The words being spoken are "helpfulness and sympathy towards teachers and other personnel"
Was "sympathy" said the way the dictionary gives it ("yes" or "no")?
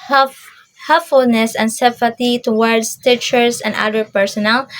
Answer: no